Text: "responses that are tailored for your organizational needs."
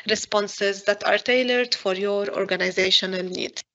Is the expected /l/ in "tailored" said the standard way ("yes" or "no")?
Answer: yes